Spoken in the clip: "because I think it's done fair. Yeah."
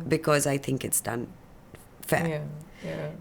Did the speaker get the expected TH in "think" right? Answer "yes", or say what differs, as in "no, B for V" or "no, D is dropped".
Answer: yes